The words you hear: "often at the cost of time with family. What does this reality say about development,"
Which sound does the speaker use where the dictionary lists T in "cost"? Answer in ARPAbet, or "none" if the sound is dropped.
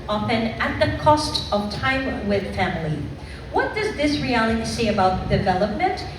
T